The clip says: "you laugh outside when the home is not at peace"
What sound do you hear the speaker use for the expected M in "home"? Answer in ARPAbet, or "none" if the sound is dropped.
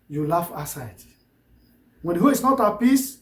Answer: none